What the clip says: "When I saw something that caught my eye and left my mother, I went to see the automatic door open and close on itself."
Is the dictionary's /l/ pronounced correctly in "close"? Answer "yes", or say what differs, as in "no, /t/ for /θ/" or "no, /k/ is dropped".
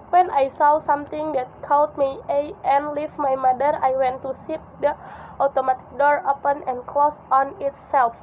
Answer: yes